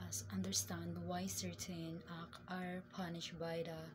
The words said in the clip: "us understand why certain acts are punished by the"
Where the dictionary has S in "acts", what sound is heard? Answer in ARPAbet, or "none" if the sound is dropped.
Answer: none